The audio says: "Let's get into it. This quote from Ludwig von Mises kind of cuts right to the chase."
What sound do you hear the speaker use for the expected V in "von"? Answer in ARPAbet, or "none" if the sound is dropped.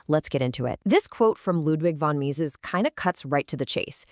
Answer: V